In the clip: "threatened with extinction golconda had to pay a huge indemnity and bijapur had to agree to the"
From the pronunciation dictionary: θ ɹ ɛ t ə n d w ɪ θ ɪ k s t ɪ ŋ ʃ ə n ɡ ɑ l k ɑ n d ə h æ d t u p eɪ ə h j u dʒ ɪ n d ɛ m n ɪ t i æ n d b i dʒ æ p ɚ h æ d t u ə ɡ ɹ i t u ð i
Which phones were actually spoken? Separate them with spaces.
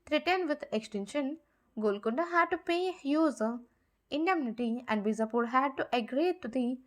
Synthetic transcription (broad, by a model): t ɹ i t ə n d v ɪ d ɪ k s t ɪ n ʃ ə n ɡ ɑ l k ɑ n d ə h æ d t u p eɪ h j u z ɪ n d ɛ m n ɪ t i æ n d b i z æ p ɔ h æ d t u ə ɡ ɹ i t u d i